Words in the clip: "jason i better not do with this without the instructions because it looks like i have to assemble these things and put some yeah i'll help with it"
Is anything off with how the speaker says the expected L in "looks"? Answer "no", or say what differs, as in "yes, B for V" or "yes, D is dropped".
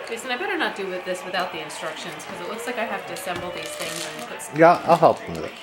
no